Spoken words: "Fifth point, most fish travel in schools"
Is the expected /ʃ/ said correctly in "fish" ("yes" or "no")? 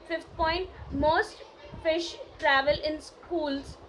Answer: yes